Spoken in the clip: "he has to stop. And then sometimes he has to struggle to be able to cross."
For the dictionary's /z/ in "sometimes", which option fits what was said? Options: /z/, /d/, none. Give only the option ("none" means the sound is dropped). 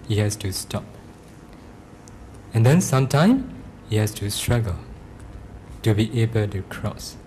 none